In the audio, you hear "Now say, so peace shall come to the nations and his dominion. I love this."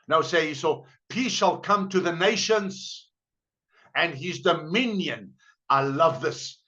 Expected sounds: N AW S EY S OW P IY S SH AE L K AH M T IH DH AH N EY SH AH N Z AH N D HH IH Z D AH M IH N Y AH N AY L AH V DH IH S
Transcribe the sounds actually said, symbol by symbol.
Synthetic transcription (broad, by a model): N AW S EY S OW P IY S SH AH L K AH M T IH DH AH N EY SH AH N Z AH N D HH IH Z D AH M IH N Y AH N AY L AH V DH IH S